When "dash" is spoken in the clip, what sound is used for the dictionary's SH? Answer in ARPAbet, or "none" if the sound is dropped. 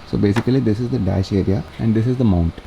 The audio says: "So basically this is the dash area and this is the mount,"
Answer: SH